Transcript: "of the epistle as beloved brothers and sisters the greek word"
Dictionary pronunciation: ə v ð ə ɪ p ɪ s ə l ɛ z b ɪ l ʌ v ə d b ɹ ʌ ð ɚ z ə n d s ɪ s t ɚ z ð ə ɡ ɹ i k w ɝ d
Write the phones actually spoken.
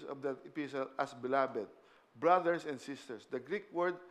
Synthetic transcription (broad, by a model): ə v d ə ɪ p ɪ s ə l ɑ s b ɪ l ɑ b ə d b ɹ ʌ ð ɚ s ə n d s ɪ s t ɚ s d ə ɡ ɹ i k w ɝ d